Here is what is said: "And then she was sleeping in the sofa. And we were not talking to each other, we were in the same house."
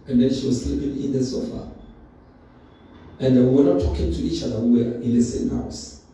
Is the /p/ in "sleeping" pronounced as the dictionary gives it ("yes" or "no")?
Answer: yes